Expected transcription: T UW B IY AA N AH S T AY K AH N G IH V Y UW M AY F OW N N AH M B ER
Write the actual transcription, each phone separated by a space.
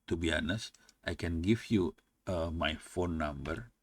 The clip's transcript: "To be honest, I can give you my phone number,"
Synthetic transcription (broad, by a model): T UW B IY AA N AH S T AY K AH N G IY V Y UW M AY F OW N N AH M B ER